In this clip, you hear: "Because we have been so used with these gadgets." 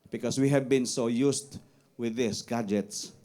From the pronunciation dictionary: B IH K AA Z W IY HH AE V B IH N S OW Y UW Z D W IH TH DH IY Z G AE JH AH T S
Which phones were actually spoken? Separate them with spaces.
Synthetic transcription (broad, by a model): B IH K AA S W IY HH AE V B IH N S OW Y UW S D W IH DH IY S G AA JH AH T S